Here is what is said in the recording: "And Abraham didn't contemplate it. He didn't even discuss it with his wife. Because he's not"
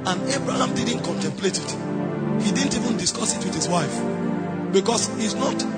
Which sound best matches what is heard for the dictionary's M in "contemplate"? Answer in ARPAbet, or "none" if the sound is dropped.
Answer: M